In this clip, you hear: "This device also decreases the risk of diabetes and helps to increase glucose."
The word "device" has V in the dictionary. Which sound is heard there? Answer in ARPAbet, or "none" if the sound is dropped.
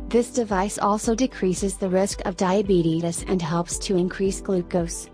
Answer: V